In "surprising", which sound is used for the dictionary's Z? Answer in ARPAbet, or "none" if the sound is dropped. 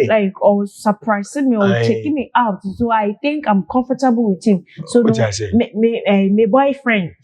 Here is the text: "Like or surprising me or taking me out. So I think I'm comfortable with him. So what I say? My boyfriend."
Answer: S